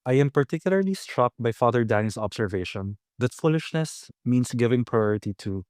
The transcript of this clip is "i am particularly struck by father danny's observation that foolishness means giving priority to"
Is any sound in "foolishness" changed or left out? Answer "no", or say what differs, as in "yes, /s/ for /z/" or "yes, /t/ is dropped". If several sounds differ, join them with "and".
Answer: no